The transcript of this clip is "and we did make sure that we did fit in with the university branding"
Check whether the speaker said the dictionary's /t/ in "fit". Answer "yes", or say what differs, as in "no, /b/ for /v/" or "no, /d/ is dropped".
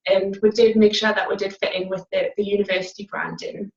yes